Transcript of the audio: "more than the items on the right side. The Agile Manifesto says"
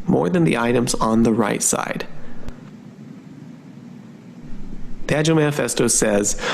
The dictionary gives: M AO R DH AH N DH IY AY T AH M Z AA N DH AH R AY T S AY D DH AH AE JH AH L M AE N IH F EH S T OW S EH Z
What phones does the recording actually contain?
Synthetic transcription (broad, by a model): M AO R DH AH N DH IY AY T AH M Z N DH AH R AY T S AY D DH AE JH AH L M AE N IH F EH S T OW S EH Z